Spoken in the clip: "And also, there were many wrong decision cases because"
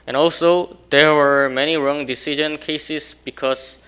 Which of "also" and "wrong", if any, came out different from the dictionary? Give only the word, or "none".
none